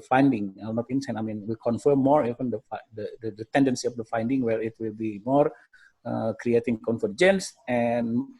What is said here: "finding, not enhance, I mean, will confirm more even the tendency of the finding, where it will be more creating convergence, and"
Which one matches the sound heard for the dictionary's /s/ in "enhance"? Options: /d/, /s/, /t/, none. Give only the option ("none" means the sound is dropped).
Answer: none